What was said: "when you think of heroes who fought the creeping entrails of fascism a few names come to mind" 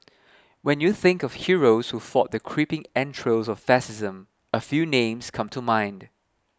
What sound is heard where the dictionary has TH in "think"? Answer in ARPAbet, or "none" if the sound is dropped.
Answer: TH